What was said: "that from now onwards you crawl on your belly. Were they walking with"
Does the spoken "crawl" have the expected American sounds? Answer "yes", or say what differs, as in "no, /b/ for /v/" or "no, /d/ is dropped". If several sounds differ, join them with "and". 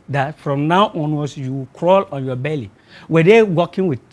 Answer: yes